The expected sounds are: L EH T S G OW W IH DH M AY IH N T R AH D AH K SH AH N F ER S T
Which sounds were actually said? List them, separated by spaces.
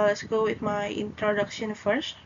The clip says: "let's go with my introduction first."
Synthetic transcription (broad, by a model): L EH T S G OW W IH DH M AY IH N T R AH D AH K SH AH N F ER S T